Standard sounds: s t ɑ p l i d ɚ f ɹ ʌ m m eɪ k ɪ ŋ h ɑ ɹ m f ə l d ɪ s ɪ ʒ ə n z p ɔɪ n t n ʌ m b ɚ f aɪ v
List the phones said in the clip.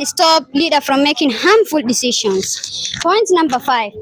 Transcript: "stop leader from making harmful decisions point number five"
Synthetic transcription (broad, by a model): s t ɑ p l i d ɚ f ɹ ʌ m m eɪ k ɪ ŋ h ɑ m f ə l d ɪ s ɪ ʃ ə n s p ɔɪ n t n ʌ m b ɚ f aɪ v